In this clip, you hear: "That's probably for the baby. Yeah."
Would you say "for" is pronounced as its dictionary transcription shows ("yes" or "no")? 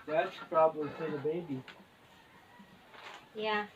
no